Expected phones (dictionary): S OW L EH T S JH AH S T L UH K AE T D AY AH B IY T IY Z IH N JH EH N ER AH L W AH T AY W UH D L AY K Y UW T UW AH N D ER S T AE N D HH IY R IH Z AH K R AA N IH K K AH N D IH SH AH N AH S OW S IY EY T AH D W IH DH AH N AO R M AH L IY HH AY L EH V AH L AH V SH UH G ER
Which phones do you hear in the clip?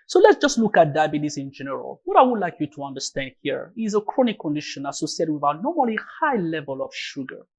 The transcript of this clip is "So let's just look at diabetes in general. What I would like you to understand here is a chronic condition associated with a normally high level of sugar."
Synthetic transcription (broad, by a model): S OW L EH T S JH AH S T L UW K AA T D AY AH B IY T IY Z IH N JH EH N ER AH L W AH T AY W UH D L AY K Y UW T UW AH N D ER S T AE N D HH IY R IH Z AH K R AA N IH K K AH N D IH SH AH N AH S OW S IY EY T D W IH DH AH N AO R M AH L IY HH AY L EH V AH L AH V SH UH G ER